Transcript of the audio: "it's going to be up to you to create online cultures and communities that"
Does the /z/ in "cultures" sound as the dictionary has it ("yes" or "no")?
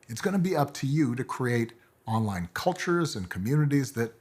yes